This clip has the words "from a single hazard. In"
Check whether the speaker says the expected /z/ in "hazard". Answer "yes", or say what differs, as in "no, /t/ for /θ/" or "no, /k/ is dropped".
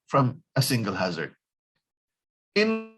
yes